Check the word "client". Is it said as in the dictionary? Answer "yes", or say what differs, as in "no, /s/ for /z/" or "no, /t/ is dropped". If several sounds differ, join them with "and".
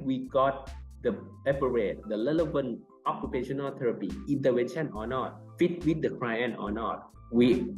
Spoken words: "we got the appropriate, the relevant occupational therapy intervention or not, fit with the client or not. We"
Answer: no, /t/ is dropped